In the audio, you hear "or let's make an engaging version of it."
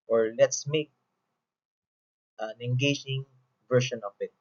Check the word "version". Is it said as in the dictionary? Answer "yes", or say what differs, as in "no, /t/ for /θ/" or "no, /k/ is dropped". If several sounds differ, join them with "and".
no, /ʃ/ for /ʒ/